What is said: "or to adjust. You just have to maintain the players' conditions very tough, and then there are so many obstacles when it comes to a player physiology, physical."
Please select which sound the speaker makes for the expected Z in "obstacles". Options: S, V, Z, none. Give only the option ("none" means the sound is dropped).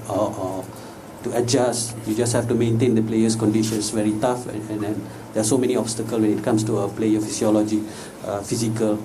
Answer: none